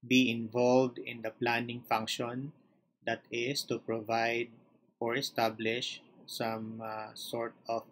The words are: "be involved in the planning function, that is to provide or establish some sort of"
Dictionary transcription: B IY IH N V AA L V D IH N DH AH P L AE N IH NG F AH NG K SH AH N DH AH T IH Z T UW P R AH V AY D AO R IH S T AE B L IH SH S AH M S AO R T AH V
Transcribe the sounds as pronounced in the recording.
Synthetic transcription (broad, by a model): B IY IH N V AA L V D IH N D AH P L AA N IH NG F AH NG K SH AH N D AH T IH S T UW P R AH V AY D AO R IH S T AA B L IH SH S AH M S AO R T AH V